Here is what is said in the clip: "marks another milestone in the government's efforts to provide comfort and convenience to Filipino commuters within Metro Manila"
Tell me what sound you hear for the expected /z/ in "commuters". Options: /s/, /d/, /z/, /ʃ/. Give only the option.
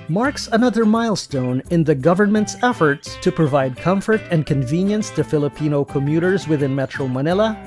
/z/